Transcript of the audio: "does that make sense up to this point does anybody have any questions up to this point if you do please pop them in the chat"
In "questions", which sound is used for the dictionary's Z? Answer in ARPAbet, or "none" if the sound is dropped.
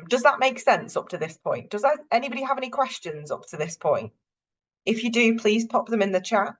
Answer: Z